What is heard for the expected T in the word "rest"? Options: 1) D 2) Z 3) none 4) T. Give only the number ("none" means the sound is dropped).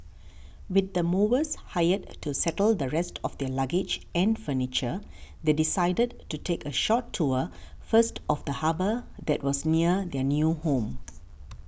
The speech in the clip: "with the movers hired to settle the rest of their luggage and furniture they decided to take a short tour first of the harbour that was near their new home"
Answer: 4